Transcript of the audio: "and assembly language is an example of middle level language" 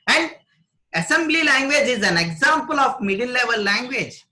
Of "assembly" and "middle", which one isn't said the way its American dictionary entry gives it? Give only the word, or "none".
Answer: middle